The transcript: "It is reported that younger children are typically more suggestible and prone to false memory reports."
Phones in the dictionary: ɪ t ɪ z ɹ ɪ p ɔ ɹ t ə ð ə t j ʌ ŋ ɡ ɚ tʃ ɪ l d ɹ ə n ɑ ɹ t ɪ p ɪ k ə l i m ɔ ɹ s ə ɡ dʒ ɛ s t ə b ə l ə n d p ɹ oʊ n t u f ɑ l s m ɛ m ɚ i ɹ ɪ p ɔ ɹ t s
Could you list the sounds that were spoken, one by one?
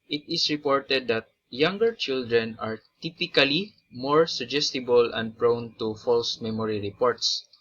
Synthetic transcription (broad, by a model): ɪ t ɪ s ɹ ɪ p ɔ ɹ t ə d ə t j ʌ ŋ ɡ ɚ tʃ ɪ l d ɹ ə n ɑ ɹ t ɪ p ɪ k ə l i m ɔ ɹ s ə ɡ dʒ ɛ s t ə b ə l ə n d p ɹ oʊ n t u f ɑ l s m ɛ m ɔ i ɹ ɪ p ɔ ɹ t s